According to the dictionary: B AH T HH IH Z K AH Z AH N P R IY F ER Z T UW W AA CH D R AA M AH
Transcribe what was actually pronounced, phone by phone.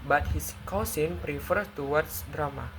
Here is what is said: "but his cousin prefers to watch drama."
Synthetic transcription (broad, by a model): B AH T HH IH S K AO S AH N P R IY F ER T UW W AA S D R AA M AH